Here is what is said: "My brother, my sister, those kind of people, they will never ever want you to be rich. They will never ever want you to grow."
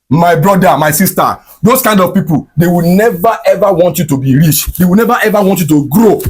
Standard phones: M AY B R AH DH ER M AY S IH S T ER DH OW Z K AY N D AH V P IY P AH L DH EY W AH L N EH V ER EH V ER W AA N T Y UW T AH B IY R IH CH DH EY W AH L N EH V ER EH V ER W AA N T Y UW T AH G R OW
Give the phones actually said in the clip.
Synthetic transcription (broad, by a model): M AY B R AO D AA M AY S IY S T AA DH OW S K AY N D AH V P IY P AH L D EY W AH N EH V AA EH V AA W AA N T Y UW T AH B IY R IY CH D EY W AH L N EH V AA EH V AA W AA N T Y UW T AH G R OW